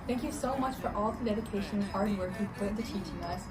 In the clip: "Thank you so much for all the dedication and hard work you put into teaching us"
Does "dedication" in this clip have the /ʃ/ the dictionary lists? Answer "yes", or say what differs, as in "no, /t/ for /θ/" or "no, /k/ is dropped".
no, /ʃ/ is dropped